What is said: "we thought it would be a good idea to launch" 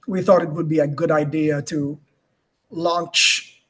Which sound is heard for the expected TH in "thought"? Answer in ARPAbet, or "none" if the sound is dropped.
TH